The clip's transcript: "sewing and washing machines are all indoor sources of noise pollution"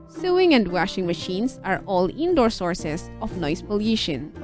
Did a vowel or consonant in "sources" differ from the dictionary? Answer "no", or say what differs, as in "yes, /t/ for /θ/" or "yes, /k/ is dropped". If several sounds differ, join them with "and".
yes, /s/ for /z/